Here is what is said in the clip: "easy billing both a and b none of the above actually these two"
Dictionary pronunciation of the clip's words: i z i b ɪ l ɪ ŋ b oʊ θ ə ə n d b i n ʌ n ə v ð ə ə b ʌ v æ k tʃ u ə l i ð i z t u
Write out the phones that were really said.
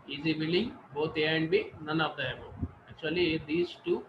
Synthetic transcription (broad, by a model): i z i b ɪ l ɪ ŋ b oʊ t ə ə n d b i n ʌ n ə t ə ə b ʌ ɛ k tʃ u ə l i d i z t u